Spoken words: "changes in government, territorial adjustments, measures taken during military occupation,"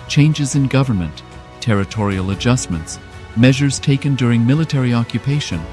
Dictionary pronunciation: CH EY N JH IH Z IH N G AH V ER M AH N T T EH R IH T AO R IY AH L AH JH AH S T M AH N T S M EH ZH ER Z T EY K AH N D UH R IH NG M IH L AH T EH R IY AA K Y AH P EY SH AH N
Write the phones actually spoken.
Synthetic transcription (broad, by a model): CH EY N JH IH Z IH N G AH V ER M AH N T T EH R IH T AO R IY AH L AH JH AH S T M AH N T S M EH ZH ER Z T EY K AH N D UH R IH NG M IH L AH T EH R IY AA K Y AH P EY SH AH N